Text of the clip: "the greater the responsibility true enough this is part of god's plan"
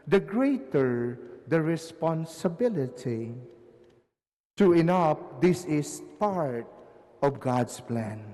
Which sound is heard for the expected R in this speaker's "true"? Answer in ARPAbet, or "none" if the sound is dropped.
none